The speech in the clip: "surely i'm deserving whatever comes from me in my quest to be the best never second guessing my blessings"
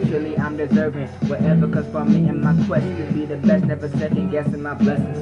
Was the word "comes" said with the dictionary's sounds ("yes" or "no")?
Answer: no